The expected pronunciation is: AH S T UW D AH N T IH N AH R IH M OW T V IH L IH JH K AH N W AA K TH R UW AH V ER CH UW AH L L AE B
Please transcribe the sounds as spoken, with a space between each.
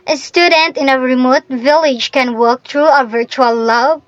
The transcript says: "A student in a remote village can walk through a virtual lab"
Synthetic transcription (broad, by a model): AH S T UW D AH N T IH N AH R IH M OW T V IH L IH JH K AH N W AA K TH R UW AH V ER CH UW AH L L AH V